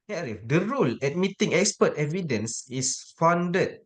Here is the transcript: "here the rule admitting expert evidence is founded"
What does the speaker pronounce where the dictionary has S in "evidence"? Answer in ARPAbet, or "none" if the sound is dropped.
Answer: S